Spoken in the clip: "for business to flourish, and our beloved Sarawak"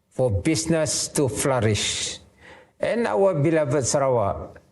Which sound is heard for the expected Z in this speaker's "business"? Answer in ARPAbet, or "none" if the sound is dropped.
S